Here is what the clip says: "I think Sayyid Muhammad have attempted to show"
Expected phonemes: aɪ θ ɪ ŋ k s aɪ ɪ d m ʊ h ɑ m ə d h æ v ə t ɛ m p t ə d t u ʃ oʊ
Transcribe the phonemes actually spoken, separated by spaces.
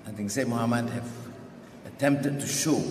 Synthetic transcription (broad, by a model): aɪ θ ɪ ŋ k s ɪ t m ʊ h ɑ m ə d h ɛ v ə t ɛ m p t ə d t u ʃ oʊ